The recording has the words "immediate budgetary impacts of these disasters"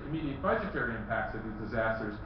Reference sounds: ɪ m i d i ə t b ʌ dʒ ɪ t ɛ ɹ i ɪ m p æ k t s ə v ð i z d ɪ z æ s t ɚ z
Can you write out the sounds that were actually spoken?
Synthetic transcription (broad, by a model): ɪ m i d i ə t b ʌ dʒ ɪ t ɛ ɹ i ɪ m p æ k t s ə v ð i z d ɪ z æ s t ɚ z